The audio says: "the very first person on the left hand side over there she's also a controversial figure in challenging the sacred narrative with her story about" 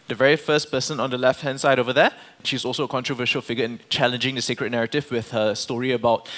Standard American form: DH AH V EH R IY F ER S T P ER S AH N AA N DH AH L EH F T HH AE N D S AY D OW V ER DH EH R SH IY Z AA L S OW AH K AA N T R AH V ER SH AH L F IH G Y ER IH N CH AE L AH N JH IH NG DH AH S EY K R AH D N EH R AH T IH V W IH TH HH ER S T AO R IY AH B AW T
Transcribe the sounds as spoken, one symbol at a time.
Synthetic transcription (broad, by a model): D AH V EH R IY F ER S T P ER S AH N AA N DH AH L EH F T HH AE N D S AY D OW V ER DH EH SH IY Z AA L S OW AH K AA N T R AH V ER SH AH L F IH G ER IH N CH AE L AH N JH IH NG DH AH S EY K R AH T N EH R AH T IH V W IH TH HH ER S T AO R IY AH B AW T